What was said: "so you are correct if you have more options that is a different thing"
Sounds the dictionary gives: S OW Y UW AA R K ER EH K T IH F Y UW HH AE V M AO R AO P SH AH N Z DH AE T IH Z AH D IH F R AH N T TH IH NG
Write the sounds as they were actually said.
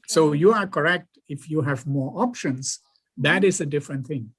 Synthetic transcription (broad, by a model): S OW Y UW AA R K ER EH K T IH F Y UW HH AE V M AO R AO P SH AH N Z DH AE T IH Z AH D IH F R AH N T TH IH NG